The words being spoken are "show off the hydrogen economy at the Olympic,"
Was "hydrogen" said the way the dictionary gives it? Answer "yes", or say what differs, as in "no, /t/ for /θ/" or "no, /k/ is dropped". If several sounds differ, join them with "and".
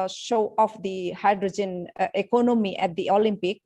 yes